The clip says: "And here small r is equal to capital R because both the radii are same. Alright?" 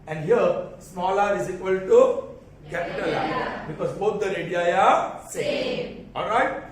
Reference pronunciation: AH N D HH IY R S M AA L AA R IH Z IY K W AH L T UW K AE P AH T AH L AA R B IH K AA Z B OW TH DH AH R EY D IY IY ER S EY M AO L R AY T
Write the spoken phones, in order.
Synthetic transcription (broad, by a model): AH N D HH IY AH S M AA L AA R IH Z IY K W AH L T UW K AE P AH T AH L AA B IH K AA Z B OW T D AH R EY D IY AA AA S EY AO L R AY T